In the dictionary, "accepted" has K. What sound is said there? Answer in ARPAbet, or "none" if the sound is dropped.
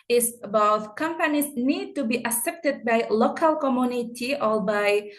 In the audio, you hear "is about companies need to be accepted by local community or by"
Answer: none